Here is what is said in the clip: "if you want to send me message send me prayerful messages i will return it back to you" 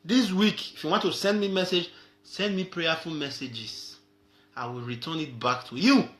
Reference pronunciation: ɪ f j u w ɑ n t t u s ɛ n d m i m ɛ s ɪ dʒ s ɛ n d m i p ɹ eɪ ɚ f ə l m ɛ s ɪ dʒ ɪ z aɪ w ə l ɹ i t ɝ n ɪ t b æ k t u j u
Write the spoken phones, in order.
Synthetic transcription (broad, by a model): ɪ f j u w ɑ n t t u s ɛ n d m i m ɛ s ɪ dʒ s ɛ n d m i p ɹ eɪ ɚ f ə l m ɛ s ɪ dʒ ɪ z aɪ w ə l ɹ i t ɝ n ɪ t b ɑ k t u j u